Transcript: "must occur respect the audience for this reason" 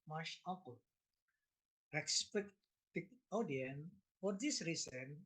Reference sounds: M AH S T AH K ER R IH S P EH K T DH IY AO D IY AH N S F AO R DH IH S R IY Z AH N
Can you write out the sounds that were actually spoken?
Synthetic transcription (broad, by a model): M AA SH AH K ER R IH S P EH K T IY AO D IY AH N F AO R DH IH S R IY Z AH N